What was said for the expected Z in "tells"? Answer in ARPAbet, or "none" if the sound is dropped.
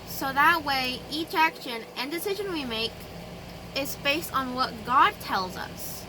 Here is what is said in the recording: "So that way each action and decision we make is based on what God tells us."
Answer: Z